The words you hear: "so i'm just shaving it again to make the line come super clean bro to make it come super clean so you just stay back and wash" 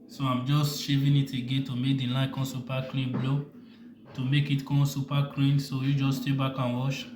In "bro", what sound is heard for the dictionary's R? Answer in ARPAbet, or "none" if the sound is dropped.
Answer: L